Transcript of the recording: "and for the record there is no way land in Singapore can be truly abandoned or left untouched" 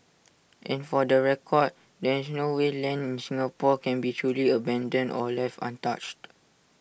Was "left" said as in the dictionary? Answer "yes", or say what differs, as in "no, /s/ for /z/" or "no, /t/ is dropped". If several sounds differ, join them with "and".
no, /t/ is dropped